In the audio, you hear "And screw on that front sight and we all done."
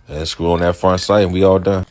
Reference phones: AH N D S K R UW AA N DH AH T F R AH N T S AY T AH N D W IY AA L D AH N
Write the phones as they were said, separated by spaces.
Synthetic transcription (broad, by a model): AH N S K UW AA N DH AH T F R AH N T S AY T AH N W IY AA L D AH N